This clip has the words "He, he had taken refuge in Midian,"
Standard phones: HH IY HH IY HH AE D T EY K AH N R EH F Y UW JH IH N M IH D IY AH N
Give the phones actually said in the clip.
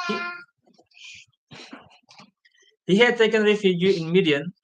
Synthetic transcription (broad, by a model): HH IY HH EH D T EY K AH N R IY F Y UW IH N M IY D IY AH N